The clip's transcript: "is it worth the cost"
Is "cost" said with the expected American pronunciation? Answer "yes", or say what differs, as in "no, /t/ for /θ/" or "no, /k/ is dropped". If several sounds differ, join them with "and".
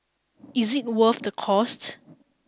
yes